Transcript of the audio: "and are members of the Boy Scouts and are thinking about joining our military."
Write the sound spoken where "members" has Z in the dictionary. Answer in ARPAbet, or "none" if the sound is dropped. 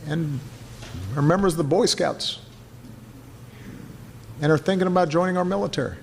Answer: Z